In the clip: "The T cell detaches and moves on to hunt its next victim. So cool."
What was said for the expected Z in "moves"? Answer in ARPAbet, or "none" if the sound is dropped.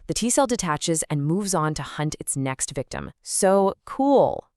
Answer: Z